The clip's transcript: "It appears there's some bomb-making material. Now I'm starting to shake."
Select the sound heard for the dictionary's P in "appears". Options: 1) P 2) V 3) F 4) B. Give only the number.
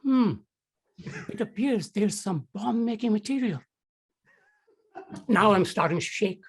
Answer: 1